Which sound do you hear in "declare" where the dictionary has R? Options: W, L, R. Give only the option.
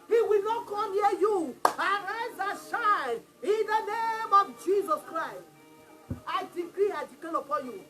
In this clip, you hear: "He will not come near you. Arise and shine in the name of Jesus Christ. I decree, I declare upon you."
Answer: L